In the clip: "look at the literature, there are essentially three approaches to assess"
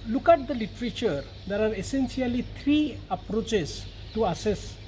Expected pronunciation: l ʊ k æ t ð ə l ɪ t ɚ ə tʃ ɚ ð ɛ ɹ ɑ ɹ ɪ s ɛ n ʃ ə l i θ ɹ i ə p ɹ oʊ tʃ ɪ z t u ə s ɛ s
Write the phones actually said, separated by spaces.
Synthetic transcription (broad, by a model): l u k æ t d ə l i t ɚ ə tʃ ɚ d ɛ ɹ ɑ ɹ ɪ s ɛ n s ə l i t ɹ i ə p ɹ oʊ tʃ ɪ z t u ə s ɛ s